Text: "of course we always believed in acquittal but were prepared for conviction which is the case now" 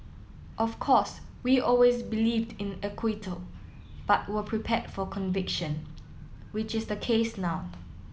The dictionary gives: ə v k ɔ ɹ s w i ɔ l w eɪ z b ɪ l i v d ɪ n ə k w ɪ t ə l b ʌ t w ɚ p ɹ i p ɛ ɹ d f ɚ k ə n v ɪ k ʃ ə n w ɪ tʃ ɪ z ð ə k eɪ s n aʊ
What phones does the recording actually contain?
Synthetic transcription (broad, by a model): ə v k ɔ s w i ɔ l w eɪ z b ɪ l i v d ɪ n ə k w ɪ t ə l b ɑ t w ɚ p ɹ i p ɛ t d f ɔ k ə n v ɪ k ʃ ə n w ɪ tʃ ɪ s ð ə k eɪ s n aʊ